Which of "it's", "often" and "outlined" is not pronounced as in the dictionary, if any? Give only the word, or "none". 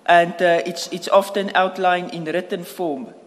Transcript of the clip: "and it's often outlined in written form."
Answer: outlined